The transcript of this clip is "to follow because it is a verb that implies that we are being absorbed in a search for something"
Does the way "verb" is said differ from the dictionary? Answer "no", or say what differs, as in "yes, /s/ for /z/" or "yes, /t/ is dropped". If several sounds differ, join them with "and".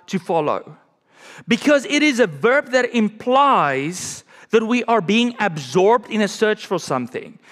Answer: no